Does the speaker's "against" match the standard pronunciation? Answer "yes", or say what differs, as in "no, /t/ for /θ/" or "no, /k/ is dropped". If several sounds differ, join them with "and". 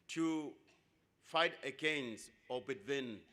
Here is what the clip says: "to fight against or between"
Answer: no, /t/ is dropped